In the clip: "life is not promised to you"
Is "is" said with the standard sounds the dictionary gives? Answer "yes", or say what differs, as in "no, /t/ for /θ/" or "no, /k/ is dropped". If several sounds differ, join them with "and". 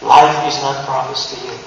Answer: yes